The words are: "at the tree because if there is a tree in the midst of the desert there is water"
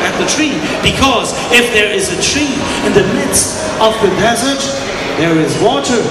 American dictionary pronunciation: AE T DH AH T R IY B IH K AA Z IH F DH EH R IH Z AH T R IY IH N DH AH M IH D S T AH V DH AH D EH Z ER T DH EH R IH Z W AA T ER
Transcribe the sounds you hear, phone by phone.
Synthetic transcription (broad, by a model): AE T DH AH T R IY B IH K AA Z IH F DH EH R IH Z AH T R IY IH N DH AH M IH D S T AH V DH AH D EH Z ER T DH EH R IH Z W AA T ER